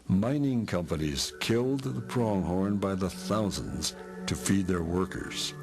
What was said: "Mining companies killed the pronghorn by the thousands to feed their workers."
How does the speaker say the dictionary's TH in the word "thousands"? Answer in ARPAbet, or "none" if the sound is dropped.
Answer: TH